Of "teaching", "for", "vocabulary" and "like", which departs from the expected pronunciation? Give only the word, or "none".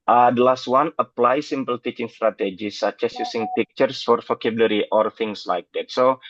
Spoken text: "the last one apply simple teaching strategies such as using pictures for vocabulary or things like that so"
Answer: vocabulary